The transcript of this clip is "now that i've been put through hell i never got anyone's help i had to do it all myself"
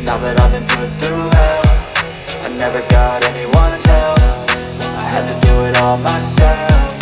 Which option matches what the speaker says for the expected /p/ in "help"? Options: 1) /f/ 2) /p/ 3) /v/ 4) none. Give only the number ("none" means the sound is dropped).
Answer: 1